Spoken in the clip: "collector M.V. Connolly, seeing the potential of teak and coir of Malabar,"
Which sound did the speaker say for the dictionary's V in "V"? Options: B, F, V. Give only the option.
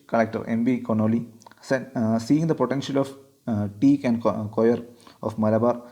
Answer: B